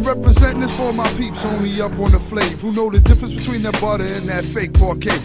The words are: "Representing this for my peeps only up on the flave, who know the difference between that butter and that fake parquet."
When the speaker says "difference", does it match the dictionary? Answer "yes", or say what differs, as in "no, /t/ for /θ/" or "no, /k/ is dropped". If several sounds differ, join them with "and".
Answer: yes